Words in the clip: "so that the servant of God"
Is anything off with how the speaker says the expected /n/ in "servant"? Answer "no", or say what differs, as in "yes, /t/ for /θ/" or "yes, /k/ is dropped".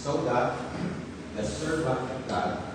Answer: yes, /n/ is dropped